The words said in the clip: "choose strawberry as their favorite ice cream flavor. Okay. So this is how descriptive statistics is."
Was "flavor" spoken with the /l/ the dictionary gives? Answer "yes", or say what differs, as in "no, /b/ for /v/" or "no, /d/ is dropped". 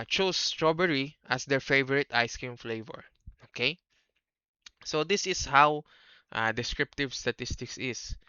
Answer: yes